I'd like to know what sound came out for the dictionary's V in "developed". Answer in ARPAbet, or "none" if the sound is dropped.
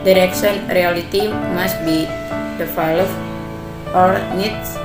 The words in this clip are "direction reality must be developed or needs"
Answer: F